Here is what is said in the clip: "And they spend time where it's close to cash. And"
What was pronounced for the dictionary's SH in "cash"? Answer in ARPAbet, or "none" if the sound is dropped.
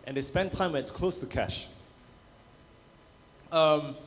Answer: SH